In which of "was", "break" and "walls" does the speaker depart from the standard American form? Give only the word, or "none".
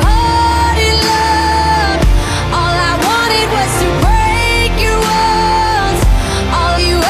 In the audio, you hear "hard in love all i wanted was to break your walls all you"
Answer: walls